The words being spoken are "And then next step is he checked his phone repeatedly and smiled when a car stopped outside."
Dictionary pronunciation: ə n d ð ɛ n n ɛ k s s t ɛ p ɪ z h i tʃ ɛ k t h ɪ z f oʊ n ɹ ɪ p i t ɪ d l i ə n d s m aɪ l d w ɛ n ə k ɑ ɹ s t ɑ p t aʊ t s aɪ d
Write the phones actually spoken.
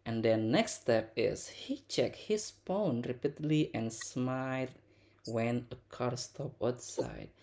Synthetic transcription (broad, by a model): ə n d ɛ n n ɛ k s s t ɛ p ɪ s h i tʃ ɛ k h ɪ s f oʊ n ɹ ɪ p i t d l i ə n s m aɪ d w ɛ n ə k ɑ ɹ s t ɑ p aʊ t s aɪ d